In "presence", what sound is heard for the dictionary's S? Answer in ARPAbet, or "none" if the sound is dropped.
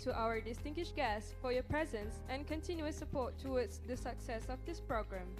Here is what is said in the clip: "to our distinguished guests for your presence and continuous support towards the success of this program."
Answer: S